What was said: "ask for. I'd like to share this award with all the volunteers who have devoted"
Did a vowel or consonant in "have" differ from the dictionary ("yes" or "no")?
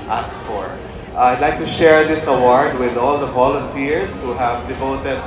no